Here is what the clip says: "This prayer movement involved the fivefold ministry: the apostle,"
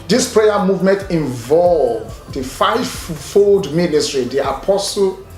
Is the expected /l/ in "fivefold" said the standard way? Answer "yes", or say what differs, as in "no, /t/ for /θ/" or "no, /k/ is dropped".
yes